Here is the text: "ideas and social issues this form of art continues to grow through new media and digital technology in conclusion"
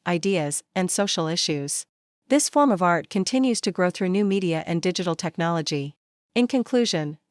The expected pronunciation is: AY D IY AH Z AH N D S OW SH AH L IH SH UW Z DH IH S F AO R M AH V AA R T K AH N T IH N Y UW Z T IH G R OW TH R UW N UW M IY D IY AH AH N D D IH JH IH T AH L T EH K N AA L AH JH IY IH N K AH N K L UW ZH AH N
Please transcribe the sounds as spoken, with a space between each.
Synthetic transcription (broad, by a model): AY D IY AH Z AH N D S OW SH L IH SH UW Z DH IH S F AO R M AH V AA R T K AH N T IH N Y UW Z T IH G R OW TH R UW N UW M IY D IY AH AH N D D IH JH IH T L T EH K N AA L AH JH IY IH N K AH N K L UW ZH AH N